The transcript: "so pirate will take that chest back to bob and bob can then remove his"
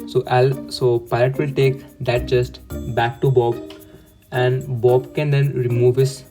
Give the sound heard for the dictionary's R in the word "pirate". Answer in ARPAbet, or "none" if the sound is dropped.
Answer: L